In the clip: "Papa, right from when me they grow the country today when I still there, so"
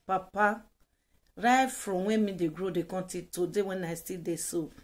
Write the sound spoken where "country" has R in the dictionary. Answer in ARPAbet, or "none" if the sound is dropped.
none